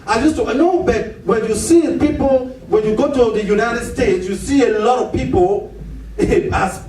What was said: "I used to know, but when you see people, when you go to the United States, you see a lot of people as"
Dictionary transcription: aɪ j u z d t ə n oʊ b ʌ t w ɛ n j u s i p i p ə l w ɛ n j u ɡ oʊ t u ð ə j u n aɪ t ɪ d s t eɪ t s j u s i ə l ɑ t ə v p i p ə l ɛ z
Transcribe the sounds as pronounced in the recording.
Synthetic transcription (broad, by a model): aɪ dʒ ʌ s t ə n oʊ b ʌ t w ɛ n j u s i p i p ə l w ɛ n j u ɡ oʊ t u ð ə j u n aɪ t ɪ d s t eɪ t s j u s i ə l ɑ t ə v p i p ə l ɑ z